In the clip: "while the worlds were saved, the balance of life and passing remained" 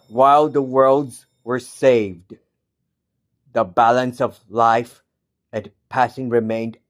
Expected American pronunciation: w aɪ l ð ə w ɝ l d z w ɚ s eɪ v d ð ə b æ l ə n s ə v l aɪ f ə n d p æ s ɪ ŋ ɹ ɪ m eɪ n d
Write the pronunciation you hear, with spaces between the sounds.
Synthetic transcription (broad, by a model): w aɪ l ð ə w ɝ l d z w ɚ s eɪ v d ð ə b æ l ə n s ə v l aɪ f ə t p æ s ɪ ŋ ɹ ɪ m eɪ n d